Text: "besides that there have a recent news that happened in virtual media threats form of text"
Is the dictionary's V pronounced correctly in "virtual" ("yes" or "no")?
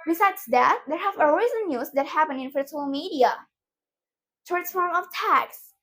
no